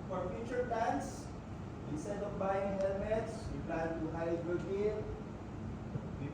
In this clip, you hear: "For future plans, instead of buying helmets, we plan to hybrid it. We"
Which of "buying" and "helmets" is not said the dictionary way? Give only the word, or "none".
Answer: none